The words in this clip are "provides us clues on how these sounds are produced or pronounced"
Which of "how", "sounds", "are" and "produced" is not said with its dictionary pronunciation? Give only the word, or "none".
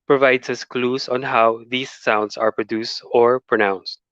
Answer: sounds